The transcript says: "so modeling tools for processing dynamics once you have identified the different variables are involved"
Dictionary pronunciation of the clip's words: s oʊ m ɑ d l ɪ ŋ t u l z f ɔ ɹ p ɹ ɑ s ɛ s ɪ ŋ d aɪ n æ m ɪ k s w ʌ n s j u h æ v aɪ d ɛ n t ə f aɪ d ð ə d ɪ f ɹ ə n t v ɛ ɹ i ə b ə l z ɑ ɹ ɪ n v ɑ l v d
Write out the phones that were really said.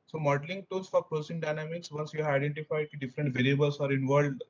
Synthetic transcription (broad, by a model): s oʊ m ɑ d l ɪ ŋ t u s f ɔ ɹ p ɹ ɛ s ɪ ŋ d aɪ n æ m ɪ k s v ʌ s j u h aɪ d ɛ n t ə f aɪ d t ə d ɪ f ɹ ə n t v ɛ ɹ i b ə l s ɑ ɹ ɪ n v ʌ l d